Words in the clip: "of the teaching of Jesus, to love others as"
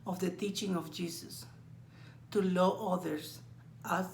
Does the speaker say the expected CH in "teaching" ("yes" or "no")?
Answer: yes